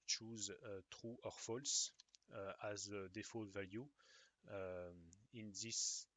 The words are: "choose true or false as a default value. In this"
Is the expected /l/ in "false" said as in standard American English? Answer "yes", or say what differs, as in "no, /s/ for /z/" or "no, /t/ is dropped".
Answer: yes